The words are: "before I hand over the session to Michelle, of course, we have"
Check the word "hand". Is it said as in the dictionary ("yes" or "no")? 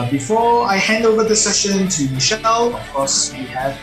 yes